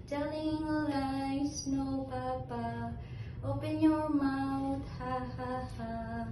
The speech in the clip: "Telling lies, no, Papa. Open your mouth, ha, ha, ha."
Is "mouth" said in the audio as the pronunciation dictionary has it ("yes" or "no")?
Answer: no